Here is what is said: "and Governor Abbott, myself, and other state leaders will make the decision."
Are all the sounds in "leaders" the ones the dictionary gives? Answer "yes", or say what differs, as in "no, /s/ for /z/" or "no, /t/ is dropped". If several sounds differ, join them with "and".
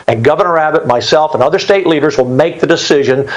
yes